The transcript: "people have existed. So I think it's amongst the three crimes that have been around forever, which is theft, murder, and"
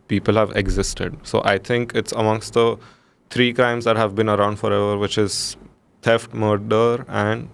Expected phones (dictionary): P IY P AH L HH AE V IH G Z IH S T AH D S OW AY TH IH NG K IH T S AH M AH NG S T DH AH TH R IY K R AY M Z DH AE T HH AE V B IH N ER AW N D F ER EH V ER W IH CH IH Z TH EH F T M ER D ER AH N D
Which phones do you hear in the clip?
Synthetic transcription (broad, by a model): P IY P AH L HH AE V IH G Z IH S T AH D S OW AY T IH NG K IH T S AH M AH NG S T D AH T R IY K R AY M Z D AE T HH AE V B IH N ER AW N D F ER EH V ER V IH CH IH Z T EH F T M ER D ER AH N D